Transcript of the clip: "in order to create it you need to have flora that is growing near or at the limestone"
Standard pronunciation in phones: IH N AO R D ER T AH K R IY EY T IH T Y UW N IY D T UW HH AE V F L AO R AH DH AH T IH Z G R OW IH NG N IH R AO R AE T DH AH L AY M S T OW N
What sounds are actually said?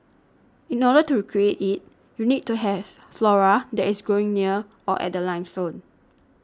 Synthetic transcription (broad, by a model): IH N AO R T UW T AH K R IY EY T IH T Y UW N IY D T UW HH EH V F L AO R AH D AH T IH S G OW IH NG N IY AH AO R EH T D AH L AY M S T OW N